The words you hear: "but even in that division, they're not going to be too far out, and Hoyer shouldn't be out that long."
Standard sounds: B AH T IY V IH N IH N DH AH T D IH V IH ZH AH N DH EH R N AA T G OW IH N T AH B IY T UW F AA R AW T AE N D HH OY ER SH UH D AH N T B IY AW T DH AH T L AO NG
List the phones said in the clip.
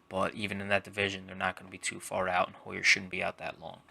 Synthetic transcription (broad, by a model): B AH T IY V IH N IH N DH AH T D IH V IH ZH AH N DH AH R N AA T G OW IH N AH B IY T UW F AA R AW T N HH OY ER SH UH D N B IY AW T DH AH T L AO NG